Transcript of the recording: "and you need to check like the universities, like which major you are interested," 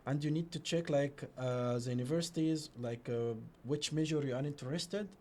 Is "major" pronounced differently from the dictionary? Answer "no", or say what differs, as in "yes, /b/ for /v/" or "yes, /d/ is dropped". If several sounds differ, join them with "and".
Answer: yes, /ʒ/ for /dʒ/